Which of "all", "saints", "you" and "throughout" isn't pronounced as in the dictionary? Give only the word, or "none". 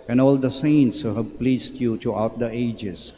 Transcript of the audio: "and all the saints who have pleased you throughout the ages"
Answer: throughout